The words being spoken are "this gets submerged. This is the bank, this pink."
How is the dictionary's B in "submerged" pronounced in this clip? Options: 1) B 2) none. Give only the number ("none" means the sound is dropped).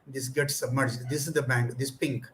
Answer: 1